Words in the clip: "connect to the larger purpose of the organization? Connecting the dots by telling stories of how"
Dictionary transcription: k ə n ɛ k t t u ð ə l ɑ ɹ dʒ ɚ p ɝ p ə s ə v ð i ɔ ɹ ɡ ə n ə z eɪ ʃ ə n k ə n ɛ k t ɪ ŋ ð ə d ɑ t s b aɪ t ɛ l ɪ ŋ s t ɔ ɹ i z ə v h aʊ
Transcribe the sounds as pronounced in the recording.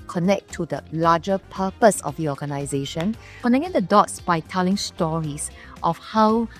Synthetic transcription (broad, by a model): k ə n ɛ k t t u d ə l ɑ dʒ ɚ p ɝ p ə s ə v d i ɔ ɡ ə n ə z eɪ ʃ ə n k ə n ɛ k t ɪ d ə d ɑ t s b aɪ t ɛ l ɪ ŋ s t ɔ ɹ i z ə f h aʊ